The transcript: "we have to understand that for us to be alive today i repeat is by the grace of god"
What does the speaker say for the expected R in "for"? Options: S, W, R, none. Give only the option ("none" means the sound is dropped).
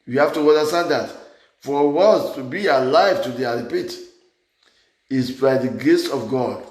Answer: W